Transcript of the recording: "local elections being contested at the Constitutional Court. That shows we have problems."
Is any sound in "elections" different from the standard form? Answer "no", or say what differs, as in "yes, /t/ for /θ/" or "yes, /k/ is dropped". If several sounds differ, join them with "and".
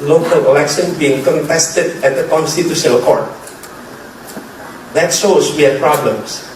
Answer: yes, /z/ is dropped